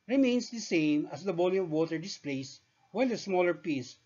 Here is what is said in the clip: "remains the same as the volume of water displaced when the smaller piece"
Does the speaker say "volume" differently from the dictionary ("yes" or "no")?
yes